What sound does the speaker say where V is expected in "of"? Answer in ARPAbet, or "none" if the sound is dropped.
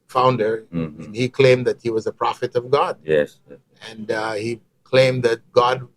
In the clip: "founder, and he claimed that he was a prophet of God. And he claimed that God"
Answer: V